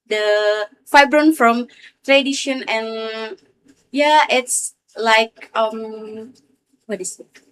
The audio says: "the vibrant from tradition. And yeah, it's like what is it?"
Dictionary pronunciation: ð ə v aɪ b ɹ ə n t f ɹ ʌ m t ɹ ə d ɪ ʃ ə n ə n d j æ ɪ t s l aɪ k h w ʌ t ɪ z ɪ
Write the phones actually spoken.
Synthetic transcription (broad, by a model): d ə f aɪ b ɹ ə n f ɹ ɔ m t ɹ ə d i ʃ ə n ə n j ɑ ɪ t s l aɪ k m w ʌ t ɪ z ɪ